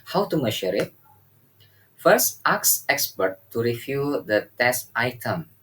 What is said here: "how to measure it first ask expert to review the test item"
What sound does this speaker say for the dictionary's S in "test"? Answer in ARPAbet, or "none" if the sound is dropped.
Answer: S